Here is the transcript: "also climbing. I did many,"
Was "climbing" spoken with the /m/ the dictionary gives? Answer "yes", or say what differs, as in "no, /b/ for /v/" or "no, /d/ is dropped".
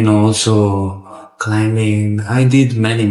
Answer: yes